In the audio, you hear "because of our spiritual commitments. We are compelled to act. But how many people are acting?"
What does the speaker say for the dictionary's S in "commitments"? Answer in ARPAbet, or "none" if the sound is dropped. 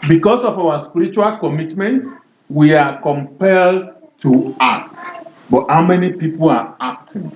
none